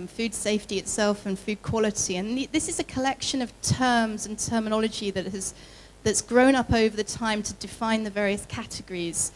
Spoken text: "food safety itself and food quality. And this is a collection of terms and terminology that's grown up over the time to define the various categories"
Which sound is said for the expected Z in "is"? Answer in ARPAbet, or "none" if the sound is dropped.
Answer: Z